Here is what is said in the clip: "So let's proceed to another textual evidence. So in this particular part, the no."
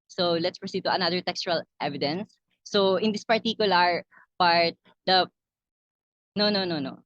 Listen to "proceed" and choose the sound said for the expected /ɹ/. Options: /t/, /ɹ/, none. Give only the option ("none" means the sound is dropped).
/ɹ/